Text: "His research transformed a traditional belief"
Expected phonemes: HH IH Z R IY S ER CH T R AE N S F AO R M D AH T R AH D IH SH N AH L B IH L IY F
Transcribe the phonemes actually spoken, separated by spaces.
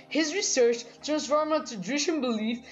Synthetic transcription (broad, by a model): HH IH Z R IY S ER CH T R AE N S F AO R M AH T AH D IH SH AH N B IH L IY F